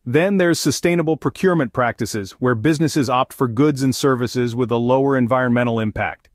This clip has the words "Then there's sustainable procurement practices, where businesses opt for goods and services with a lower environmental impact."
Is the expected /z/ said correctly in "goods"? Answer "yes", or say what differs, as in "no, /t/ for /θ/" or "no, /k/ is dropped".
yes